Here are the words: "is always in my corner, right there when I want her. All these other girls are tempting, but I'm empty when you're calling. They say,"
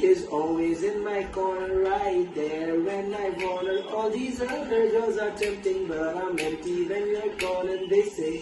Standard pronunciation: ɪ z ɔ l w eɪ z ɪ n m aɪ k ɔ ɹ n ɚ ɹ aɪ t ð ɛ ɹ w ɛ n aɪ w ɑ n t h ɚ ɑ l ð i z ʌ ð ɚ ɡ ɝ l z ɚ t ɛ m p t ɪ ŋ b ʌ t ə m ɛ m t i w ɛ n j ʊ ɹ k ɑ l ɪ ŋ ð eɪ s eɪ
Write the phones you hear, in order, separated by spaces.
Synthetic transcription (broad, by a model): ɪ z ɔ l w eɪ z ɪ n m aɪ k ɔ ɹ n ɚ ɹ aɪ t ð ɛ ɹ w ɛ n aɪ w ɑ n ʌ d ɑ l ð i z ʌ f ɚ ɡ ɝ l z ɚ t ɛ m p t ɪ ŋ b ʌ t ə m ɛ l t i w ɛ n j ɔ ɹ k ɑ n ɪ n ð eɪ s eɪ